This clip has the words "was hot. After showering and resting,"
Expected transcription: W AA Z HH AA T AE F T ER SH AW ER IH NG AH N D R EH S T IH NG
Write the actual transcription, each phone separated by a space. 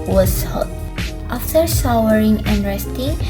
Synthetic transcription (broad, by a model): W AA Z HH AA T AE F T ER S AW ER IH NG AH N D R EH S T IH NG